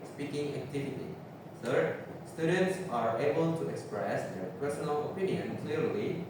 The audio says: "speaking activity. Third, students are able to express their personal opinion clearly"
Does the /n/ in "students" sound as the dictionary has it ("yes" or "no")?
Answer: yes